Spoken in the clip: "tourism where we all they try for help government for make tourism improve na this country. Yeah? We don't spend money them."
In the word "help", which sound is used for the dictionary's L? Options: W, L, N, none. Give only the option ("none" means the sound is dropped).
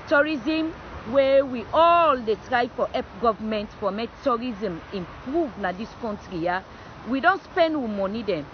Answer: none